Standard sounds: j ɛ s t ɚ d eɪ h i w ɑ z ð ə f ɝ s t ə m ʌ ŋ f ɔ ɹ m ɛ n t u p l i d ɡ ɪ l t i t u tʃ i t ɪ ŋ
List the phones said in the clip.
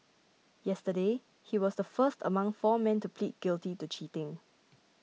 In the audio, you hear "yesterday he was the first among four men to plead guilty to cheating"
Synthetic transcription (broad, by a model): j ɛ s t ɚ d eɪ h i w ɑ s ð ə f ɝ s t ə m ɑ ŋ f ɔ m ɛ n t u p l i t ɡ ɪ l t i t u tʃ i t ɪ ŋ